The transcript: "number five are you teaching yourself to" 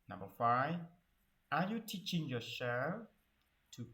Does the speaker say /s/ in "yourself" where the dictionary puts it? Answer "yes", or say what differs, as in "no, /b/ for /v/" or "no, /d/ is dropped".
no, /ʃ/ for /s/